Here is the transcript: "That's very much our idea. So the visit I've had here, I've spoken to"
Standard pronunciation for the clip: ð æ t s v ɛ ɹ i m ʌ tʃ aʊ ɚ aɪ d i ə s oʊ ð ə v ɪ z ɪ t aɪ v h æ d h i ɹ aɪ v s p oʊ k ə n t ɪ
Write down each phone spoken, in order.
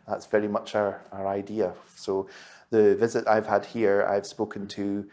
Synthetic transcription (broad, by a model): ð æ t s v ɛ ɹ i m ʌ tʃ aʊ ɚ aɪ d i ə s oʊ ð ə v ɪ z ɪ t aɪ v h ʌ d h i ɹ aɪ v s p oʊ k ə n t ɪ